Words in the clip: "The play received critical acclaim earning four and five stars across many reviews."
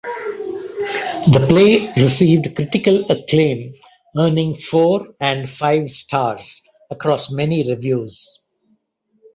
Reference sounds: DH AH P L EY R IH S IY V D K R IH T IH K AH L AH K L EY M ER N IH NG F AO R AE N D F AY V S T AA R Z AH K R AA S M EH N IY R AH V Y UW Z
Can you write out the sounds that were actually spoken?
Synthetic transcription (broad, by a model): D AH P L EY R IH S IY V D K R IH T IH K AH L AH K L EY M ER N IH NG F AO R AE N D F AY V S T AA R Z AH K R AA S M EH N IY R AH V Y UW Z